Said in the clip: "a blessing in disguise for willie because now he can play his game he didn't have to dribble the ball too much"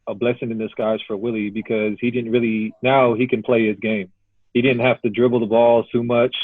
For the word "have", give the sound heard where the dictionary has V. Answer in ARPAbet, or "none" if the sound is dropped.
F